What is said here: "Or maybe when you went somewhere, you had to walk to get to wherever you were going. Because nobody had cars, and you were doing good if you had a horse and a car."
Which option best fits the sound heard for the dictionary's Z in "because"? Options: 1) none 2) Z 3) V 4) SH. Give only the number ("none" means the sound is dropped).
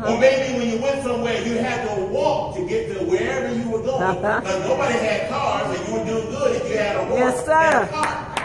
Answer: 1